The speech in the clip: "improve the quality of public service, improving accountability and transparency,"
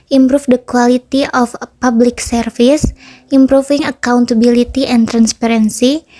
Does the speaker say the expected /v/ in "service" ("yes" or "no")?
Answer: no